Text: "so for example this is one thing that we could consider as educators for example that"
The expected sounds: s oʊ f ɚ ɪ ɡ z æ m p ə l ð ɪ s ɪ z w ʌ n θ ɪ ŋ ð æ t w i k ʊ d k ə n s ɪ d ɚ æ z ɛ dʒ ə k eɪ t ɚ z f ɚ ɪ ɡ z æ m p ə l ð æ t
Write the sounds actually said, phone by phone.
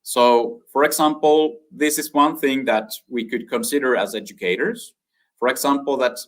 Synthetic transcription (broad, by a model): s oʊ f ɚ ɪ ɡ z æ m p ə l ð ɪ s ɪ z w ʌ n θ ɪ ŋ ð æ t w i k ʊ d k ə n s ɪ d ɚ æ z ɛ dʒ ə k eɪ t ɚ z f ɚ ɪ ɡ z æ m p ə l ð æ t